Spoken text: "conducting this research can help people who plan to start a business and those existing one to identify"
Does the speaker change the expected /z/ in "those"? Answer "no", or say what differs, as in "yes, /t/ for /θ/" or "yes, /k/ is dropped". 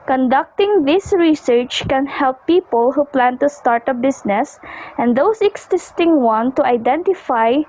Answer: yes, /s/ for /z/